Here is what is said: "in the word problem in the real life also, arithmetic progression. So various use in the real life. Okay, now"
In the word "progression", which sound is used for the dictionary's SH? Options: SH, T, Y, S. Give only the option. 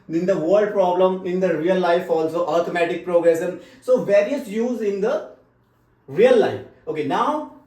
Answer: S